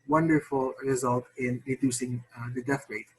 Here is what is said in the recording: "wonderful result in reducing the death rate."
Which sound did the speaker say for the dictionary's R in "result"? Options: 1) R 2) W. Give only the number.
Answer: 1